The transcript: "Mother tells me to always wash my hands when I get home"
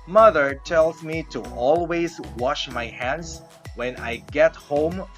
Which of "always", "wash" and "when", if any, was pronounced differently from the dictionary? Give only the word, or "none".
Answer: none